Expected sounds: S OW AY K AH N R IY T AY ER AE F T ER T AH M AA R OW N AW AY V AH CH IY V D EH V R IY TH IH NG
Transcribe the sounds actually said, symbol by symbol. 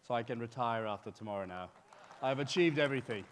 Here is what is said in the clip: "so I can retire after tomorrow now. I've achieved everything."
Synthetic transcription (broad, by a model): S OW AY K AH N R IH T AY ER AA F T ER T AH M AA R OW N AW AY V AH CH IY V D EH V R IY TH IH NG